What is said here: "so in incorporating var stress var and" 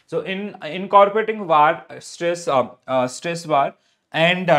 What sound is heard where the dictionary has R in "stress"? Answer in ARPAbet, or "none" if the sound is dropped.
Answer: R